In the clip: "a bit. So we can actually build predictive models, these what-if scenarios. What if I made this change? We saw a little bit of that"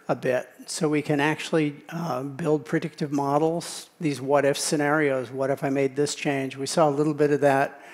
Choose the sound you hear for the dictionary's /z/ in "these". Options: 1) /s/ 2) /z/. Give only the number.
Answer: 2